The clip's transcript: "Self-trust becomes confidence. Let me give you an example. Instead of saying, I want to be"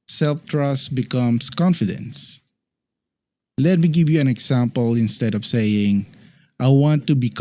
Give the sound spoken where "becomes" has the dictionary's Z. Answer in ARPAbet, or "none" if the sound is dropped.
S